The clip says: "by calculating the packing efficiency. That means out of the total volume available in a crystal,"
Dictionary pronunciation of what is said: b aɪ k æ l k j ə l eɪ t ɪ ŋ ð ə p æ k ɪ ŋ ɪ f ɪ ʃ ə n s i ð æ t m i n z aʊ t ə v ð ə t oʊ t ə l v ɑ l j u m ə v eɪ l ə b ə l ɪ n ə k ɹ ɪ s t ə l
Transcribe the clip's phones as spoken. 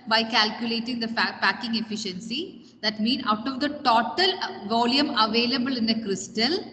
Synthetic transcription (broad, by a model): b aɪ k æ l k j ə l eɪ t ɪ ŋ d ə p æ k ɪ ŋ ɪ f ɪ ʃ ə n s i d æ t m i n aʊ t ə v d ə t oʊ t ə l v ɑ l j u m ə v eɪ l ə b ə l ɪ n ə k ɹ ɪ s t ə l